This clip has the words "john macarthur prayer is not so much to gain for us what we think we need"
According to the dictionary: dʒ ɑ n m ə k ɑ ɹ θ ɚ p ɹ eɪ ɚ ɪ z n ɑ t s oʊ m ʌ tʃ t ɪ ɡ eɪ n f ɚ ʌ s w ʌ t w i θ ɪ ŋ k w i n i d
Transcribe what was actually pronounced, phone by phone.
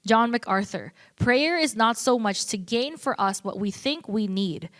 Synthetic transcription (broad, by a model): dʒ ɑ n m ə k ɑ ɹ θ ɚ p ɹ eɪ ɚ ɪ z n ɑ t s oʊ m ʌ tʃ t ɪ ɡ eɪ n f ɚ ʌ s w ʌ t w i θ ɪ ŋ k w i n i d